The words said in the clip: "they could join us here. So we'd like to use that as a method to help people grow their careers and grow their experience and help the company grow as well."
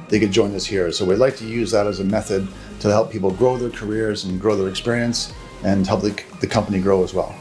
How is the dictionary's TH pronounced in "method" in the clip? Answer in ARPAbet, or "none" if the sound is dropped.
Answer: TH